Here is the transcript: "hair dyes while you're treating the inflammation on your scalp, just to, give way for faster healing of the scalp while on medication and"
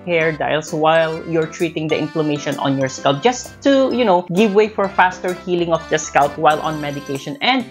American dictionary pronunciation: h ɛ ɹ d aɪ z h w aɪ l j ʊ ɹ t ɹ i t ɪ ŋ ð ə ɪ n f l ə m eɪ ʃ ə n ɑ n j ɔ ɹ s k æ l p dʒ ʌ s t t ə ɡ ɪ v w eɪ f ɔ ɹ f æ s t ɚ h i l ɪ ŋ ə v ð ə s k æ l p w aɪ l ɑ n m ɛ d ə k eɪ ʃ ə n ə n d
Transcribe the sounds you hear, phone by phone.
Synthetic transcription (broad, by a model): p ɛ ɹ d aɪ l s w aɪ l j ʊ ɹ t ɹ i t ɪ ŋ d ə ɪ n f l ə m eɪ ʃ ə n ɑ n j ɔ ɹ s k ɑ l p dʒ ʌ s t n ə ɡ ɪ v w eɪ f ɔ ɹ f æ s t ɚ h i l ɪ ŋ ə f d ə s k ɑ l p w aɪ l ɑ n m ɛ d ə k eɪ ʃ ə n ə n d